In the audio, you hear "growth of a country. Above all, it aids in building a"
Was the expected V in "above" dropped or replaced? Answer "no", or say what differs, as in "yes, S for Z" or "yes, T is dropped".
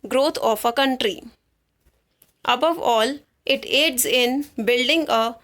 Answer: no